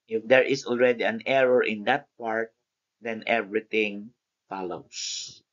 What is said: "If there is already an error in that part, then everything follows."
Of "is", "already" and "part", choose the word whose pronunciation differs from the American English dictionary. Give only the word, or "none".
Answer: is